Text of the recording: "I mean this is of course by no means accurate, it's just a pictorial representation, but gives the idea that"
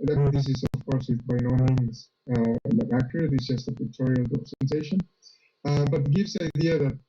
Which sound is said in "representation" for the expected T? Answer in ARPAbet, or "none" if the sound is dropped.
S